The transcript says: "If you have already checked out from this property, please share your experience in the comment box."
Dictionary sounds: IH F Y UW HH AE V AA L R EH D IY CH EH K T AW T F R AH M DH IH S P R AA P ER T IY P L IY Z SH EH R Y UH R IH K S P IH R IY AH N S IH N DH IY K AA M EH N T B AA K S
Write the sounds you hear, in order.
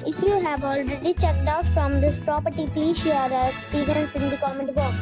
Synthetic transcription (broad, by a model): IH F Y UW HH AE V AA L R EH D IY CH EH K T AW T F R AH M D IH S P R AA P ER T IY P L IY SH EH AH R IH S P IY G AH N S IH N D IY K AA M EH N T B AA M